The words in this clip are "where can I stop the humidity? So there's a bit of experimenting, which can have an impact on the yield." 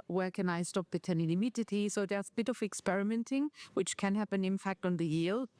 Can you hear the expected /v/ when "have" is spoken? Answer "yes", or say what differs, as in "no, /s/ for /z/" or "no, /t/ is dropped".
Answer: no, /p/ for /v/